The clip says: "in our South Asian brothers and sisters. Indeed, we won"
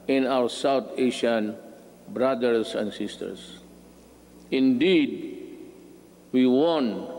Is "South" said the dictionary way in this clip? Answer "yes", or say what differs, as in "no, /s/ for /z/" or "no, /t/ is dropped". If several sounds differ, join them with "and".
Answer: no, /t/ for /θ/